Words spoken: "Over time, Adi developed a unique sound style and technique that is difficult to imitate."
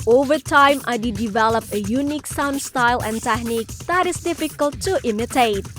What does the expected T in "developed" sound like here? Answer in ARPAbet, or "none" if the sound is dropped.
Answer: none